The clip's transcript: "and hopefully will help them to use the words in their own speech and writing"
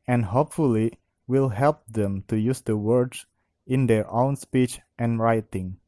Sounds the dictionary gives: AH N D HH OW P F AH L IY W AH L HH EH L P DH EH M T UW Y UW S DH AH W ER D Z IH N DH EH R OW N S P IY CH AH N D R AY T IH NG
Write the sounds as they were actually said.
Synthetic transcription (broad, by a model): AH N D HH OW P F AH L IY W AH L HH EH L P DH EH M T UW Y UW S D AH W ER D S IH N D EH R OW N S P IY CH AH N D R AY T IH NG